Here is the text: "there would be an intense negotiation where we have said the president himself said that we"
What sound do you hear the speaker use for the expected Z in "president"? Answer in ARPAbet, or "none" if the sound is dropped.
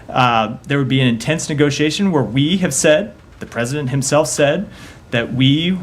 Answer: Z